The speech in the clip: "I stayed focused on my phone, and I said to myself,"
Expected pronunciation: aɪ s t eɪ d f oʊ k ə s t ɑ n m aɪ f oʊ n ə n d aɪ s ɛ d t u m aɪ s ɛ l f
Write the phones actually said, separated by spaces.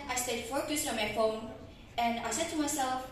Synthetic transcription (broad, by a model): aɪ s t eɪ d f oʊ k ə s ɑ m aɪ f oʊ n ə n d aɪ s ɛ d t u m aɪ s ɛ l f